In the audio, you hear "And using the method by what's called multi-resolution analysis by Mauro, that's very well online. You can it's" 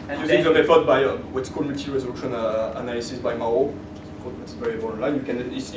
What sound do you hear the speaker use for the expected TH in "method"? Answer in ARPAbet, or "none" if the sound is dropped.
F